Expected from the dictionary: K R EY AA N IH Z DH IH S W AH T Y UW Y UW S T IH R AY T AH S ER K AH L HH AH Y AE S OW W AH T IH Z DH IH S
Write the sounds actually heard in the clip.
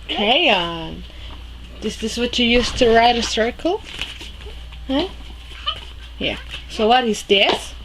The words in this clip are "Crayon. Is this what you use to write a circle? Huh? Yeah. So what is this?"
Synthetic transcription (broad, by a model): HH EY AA N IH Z DH IH S W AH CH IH Y UW S T IH R AY T AH S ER K L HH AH Y AE S OW W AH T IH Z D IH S